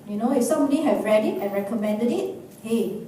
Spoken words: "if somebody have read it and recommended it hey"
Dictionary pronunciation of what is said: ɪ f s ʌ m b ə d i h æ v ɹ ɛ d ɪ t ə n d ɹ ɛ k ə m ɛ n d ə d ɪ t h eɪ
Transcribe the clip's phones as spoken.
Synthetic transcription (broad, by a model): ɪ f s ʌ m ə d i h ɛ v ɹ ɛ d ɪ t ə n ɹ ɛ k ə m ɛ n d ə d ɪ t h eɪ